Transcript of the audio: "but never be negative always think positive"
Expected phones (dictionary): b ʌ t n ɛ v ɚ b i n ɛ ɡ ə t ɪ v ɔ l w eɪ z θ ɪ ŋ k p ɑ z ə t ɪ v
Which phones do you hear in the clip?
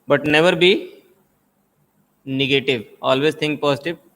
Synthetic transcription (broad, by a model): b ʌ t n ɛ v ɚ b i n ɛ ɡ ə t ɪ v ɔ l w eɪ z t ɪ ŋ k p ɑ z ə t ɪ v